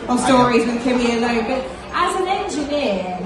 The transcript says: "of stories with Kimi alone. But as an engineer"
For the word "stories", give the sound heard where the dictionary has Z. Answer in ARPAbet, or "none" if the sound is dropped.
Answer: Z